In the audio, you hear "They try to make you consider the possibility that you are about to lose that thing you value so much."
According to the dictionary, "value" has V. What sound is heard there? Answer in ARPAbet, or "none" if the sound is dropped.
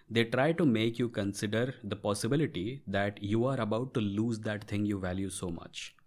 V